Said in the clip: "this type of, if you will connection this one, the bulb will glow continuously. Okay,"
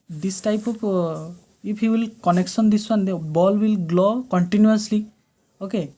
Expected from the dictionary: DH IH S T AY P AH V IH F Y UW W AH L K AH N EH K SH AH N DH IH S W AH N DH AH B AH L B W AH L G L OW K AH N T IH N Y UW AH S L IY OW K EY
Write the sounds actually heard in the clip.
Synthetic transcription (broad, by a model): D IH S T AY P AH P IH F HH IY W AH L K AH N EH K S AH N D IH S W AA N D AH B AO L W AH L G L OW K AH N T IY N Y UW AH S L IY OW K EY